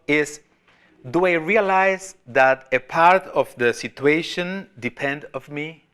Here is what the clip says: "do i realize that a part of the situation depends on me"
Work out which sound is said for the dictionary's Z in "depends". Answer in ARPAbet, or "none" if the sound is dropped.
none